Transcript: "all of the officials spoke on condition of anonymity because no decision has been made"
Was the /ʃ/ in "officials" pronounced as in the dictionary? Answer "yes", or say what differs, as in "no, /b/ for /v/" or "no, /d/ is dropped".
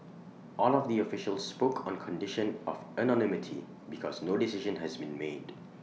yes